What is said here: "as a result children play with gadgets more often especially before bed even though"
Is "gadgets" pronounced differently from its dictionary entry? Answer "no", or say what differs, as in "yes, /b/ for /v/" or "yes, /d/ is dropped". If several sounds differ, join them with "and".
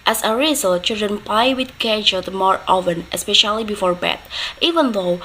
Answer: yes, /s/ is dropped